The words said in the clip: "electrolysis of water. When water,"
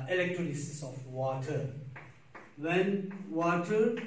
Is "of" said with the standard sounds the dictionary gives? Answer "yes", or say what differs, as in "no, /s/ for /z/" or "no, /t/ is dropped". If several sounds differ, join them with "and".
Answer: no, /f/ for /v/